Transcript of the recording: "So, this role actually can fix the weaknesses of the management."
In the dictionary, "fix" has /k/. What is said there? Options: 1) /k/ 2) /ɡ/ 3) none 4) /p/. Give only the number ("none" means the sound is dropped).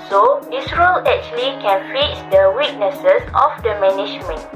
3